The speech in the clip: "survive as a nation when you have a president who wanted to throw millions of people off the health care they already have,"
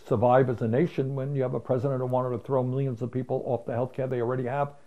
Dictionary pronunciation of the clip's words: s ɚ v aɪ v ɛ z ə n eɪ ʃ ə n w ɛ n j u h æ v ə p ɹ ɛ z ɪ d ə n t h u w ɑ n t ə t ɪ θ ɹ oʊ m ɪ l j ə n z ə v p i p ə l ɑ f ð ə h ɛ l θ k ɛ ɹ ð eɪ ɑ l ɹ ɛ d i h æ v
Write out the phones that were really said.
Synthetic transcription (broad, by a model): s ɚ v aɪ v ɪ z ə n eɪ ʃ ə n w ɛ n j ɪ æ v ə p ɹ ɛ z ɪ d ə n t h u w ɑ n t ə t ɪ θ ɹ oʊ m ɪ l j ə n z ə v p i p l ɑ f ð ə h ɛ l θ k ɛ ɹ ð eɪ ɑ l ɹ ɛ d i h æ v